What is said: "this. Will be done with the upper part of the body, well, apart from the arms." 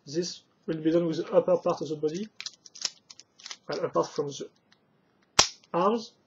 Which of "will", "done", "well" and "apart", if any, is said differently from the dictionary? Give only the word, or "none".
well